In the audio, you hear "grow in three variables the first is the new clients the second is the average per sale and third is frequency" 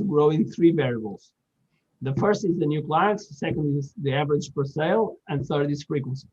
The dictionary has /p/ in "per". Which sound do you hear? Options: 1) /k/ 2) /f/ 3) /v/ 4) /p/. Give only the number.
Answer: 2